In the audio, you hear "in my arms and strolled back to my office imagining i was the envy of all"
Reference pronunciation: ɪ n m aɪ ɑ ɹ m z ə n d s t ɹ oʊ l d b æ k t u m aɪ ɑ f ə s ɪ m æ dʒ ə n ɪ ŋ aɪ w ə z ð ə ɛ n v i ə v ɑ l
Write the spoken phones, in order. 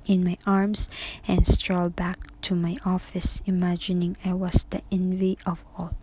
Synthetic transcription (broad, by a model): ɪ n m aɪ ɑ ɹ m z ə n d s t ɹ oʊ l b æ k t u m aɪ ɑ f ə s ɪ m æ dʒ ə n ɪ ŋ aɪ w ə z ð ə ɛ n v i ə v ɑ l